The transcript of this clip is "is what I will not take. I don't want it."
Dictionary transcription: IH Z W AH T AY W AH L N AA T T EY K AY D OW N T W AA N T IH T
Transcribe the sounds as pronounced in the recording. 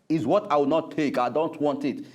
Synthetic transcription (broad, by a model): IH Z W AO T AY W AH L N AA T T EY K AY D OW N T W AA N T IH T